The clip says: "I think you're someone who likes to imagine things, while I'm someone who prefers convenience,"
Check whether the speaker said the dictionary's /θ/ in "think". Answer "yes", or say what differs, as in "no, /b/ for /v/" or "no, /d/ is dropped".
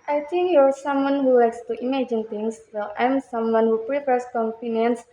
no, /t/ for /θ/